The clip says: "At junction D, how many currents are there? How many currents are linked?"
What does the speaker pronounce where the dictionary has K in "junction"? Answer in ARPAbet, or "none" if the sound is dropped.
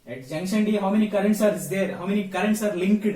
none